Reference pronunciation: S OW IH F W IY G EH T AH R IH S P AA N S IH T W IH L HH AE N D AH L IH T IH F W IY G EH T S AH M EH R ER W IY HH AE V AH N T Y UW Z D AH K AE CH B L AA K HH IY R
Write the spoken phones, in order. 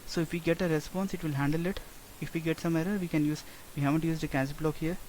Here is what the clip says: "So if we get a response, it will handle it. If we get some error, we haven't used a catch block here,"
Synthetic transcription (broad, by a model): S OW IH F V IY G EH T AH R IH S P AA N S IH T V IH L HH AE N D AH L IH T IH F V IY G EH T S AH M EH R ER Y IY HH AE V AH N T Y UW Z D AH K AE S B L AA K HH IY R